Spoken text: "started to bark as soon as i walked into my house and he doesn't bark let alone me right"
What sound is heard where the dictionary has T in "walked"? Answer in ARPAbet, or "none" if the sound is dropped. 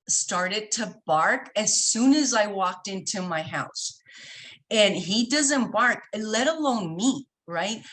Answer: T